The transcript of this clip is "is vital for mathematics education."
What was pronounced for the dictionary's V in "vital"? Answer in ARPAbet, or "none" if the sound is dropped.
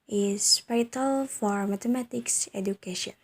P